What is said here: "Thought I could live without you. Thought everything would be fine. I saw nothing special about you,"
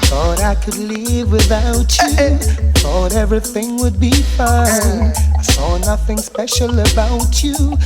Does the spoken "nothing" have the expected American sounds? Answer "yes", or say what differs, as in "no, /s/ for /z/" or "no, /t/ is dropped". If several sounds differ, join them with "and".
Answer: yes